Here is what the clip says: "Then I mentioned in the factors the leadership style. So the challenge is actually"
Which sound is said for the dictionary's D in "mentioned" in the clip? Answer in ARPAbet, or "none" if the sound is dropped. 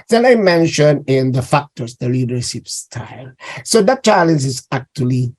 none